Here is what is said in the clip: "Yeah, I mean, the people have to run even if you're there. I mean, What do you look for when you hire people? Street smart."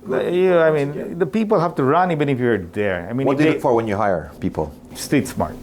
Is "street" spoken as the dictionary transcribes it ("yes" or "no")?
no